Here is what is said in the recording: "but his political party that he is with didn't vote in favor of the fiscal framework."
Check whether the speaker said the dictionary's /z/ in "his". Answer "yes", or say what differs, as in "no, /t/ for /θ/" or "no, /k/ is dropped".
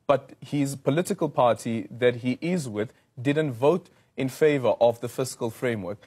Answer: yes